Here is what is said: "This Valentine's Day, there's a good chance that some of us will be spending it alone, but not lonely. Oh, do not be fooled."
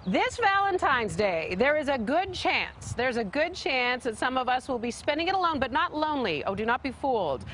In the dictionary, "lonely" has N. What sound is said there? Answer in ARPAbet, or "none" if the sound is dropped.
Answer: N